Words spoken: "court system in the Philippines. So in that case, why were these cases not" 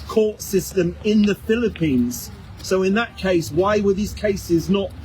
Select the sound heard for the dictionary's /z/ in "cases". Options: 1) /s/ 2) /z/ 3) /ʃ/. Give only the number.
2